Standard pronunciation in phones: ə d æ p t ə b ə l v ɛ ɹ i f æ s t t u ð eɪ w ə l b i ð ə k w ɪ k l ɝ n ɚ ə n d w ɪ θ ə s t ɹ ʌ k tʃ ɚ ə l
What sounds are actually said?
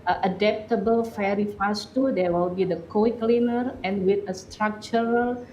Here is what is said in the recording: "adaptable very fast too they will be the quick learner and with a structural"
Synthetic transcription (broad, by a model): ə d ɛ p t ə b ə l f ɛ ɹ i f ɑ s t t u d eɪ w ə l b i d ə k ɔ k l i n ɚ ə n w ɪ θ ə s t ɹ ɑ k tʃ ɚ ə l